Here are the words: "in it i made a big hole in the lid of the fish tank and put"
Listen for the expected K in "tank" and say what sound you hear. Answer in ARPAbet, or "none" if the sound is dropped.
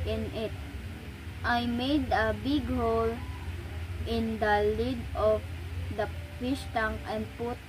none